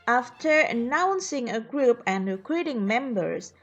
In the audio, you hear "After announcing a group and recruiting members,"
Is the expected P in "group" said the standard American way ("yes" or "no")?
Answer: yes